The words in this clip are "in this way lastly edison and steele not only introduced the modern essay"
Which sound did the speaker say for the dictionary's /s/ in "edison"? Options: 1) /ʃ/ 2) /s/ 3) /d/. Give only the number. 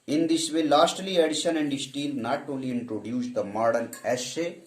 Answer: 1